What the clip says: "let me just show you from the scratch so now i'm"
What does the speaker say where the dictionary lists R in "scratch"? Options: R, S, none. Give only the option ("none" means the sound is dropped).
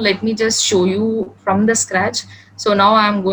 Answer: R